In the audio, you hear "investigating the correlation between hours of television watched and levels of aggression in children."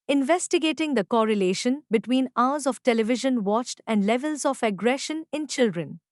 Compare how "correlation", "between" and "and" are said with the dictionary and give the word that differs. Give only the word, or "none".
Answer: none